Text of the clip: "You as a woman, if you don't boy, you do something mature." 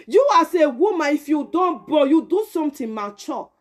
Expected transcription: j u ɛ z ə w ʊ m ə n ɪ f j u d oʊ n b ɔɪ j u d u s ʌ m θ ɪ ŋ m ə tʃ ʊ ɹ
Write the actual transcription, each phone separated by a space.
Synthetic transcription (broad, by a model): j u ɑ s ə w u m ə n ɪ f j u d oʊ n b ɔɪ j u d u s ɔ m t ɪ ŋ m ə tʃ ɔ